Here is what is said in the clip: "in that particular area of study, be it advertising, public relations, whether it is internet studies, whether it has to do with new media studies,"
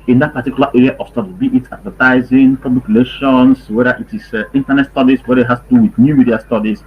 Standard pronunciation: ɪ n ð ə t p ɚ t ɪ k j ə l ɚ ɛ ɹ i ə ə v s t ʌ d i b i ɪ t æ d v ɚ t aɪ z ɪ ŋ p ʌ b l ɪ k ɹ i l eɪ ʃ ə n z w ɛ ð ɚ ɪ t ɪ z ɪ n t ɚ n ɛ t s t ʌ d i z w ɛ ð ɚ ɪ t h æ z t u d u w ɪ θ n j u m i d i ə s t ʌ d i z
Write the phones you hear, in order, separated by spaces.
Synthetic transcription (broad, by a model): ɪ n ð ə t p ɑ t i k j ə l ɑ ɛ ɹ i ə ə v s t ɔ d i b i ɪ t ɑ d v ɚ t aɪ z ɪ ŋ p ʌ b l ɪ k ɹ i l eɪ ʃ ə n s w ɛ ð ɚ ɪ t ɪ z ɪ n t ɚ n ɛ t s t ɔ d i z w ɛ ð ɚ ɪ t h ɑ s t u d u w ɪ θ n j u m i d i ə s t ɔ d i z